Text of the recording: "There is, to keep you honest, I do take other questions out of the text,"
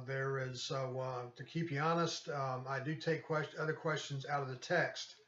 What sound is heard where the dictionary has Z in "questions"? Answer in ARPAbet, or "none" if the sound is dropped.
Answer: Z